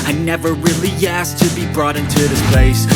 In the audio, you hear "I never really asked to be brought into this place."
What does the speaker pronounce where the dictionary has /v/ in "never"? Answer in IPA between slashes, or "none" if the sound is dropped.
/v/